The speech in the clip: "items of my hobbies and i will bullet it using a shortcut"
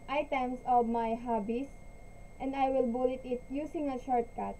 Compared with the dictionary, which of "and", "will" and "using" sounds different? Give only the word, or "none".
using